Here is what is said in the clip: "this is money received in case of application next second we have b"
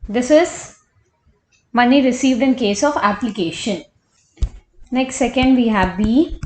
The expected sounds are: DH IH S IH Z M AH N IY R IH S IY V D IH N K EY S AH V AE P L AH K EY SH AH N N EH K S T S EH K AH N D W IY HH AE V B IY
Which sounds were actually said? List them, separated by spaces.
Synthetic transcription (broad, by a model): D IH S IH Z M AH N IY R IH S IY V D IH N K EY S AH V AE P L AH K EY SH AH N N EH K S T S EH K AH N D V IY HH AE V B IY